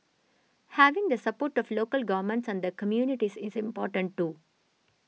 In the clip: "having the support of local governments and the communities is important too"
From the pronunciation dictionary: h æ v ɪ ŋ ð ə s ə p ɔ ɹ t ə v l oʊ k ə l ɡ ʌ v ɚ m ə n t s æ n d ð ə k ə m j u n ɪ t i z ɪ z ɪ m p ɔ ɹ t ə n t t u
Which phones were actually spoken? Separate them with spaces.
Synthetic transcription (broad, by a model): h æ v ɪ ŋ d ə s ə p ɔ ɹ t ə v l oʊ k ə l ɡ ʌ v ɚ m ə n t s æ n d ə k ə m j u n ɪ t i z ɪ z ɪ m p ɔ ɹ t ə n t t u